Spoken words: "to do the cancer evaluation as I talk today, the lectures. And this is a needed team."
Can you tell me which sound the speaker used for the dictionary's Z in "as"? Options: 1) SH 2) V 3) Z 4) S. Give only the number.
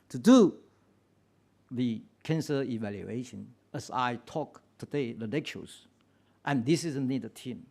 4